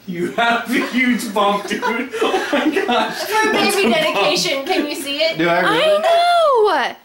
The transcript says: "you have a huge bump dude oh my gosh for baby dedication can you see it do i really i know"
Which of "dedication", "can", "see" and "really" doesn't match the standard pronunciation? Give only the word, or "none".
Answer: really